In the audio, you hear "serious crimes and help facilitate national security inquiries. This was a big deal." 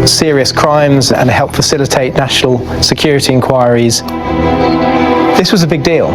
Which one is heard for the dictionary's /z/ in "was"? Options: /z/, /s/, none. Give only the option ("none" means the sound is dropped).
/z/